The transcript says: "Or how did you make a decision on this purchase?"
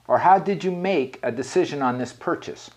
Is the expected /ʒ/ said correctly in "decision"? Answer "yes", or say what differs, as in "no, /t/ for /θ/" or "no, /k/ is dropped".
yes